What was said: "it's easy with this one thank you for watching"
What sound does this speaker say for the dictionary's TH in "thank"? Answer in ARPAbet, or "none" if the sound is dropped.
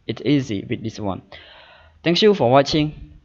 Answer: T